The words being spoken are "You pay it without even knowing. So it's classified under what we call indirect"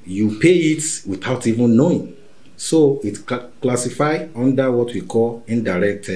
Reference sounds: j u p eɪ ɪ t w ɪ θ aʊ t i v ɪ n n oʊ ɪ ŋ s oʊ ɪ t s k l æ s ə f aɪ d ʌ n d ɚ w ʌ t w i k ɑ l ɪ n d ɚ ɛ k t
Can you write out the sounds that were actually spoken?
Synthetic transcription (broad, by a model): j u p eɪ ɪ t w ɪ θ aʊ t i v ɪ n n oʊ ɪ ŋ s oʊ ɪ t k l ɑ s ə f aɪ ɔ n d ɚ w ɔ t w i k ɑ l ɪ n d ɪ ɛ k t